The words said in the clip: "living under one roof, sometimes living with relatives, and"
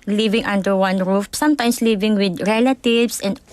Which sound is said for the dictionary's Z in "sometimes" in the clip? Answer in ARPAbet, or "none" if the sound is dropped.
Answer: S